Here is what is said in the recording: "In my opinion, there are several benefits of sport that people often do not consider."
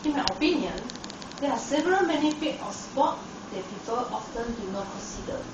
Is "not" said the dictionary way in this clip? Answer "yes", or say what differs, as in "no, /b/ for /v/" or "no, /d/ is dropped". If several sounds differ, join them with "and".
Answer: yes